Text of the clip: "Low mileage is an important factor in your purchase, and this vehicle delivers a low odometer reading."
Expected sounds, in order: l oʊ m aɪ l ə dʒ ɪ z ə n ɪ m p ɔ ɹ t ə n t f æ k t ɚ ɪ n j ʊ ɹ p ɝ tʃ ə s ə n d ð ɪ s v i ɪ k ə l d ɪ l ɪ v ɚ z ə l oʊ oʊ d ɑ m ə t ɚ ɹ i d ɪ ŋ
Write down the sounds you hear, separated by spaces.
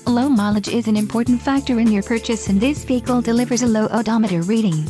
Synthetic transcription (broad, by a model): l oʊ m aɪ l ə dʒ ɪ z ə n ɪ m p ɔ ɹ t n t f æ k t ɚ ɪ n j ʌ ɹ p ɝ tʃ ə s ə n ð ɪ s v i ɪ k ə l d ɪ l ɪ v ɚ z ə l oʊ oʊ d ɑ m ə t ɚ ɹ i d ɪ ŋ